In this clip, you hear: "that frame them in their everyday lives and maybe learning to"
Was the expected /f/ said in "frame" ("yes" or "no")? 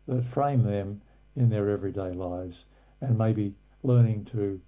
yes